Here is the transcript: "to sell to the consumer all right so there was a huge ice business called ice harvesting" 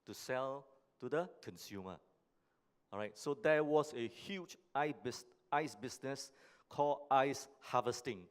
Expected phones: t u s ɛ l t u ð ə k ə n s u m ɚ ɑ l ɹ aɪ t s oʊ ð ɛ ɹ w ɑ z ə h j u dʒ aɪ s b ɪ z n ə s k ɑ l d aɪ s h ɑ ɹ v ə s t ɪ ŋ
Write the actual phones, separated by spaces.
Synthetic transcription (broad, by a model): t u s ɛ l t u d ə k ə n s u m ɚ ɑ ɹ aɪ t s oʊ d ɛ w ɑ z ə h j u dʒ aɪ s b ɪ s n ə s k ɑ l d aɪ s h ɑ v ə s t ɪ ŋ